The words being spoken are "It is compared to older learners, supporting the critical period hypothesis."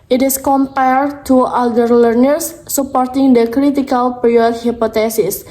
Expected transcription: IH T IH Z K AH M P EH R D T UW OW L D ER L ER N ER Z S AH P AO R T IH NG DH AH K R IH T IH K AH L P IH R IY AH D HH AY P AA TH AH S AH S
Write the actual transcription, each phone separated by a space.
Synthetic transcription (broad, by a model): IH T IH S K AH M P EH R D T UW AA D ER L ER N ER S AH P AO R T IH NG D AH K R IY T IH K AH L P R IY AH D HH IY P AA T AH S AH S